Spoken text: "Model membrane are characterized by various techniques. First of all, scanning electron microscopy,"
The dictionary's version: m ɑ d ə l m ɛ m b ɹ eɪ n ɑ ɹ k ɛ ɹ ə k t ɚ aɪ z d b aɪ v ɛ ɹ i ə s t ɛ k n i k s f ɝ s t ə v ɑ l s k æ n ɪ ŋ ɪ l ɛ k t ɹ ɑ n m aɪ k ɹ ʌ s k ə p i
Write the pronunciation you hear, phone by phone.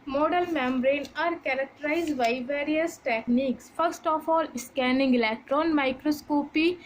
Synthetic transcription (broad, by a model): m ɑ d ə l m ɛ m b ɹ eɪ n ɑ ɹ k ɛ ɹ ə k t ɚ aɪ z d b aɪ v ɛ ɹ i ə s t ɛ k n i k s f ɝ s t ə f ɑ l s k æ n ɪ ŋ ɪ l ɛ k t ɹ ɑ n m aɪ k ɹ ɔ s k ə p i